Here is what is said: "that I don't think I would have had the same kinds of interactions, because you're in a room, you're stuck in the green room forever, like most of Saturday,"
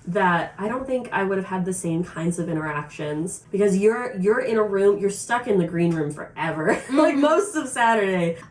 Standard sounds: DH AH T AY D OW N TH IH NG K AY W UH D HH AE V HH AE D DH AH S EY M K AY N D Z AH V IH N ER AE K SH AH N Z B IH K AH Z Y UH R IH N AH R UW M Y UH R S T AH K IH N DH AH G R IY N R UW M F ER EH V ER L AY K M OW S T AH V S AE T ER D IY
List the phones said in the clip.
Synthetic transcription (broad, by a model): DH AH T AY D OW N TH IH NG K AY W UH D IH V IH D DH AH S EY M K AY N D Z AH V IH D ER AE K SH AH N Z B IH K AH Z Y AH R IH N AH R UW M Y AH R S T AH K IH N DH AH G R IY N R UW M F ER EH V ER L AY K M OW S T AH V S AE T ER D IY